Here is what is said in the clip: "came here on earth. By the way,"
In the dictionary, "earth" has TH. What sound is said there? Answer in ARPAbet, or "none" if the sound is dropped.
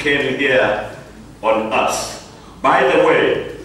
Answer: S